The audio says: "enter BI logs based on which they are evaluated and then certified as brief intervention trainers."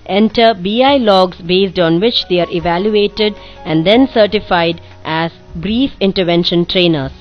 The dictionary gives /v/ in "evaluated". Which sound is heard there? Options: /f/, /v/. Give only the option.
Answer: /v/